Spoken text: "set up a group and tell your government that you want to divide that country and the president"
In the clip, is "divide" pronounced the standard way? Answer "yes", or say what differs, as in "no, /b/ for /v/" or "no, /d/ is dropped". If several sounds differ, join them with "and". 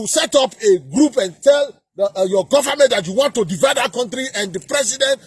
yes